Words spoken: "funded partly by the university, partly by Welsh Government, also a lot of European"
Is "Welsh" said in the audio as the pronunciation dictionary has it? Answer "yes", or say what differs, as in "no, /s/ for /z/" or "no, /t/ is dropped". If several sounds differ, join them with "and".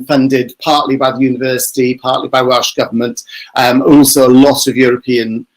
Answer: yes